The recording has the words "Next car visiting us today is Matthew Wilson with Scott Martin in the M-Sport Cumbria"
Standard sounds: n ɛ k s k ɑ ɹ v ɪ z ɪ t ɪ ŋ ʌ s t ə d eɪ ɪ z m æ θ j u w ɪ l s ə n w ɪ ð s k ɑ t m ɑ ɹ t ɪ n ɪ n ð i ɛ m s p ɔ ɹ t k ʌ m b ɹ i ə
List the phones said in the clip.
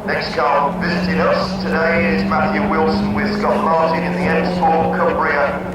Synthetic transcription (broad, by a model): n ɛ k s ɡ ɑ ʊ v ɪ z ɪ t ɪ ŋ ʌ s t ə d eɪ ɪ z m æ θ j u w ɪ l s ə n w ɪ ð s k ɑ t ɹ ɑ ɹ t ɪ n ɪ n ð i ɛ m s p ɔ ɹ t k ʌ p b ɹ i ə